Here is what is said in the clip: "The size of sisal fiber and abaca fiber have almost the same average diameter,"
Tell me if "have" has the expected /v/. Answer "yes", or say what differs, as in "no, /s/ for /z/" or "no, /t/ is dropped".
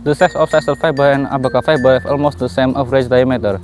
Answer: no, /f/ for /v/